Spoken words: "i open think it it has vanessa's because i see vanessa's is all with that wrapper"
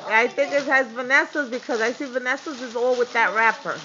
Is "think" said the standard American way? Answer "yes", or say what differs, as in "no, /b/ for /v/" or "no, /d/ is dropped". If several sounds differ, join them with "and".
yes